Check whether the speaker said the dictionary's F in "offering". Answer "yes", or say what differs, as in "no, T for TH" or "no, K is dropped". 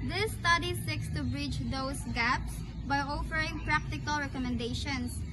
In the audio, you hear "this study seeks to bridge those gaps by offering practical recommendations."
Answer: yes